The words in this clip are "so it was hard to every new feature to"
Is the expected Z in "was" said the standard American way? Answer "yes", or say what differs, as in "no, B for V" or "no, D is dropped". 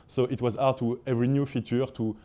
yes